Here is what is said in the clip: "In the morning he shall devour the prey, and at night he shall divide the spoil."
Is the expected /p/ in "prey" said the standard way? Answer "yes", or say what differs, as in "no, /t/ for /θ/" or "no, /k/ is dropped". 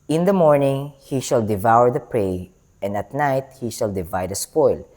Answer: yes